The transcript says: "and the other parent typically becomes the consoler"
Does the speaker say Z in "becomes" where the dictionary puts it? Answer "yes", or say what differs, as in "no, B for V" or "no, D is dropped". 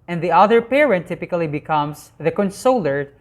no, S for Z